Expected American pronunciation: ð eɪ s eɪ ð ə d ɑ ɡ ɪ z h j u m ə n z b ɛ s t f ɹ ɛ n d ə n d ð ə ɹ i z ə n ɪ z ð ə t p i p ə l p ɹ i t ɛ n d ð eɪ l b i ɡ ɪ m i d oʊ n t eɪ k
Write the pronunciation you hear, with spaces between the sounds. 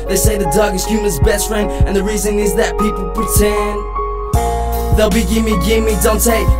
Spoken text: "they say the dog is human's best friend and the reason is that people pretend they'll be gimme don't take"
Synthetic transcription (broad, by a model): ð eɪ s eɪ ð ə d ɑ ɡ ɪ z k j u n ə z b ɛ s t f ɹ ɛ n d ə n ð ə ɹ i z ə n ɪ z ð ə t p i p l p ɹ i t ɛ n ð eɪ l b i ɡ ɪ m i d oʊ n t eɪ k